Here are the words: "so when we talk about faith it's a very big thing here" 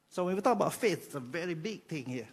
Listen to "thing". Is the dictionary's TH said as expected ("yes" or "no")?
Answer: no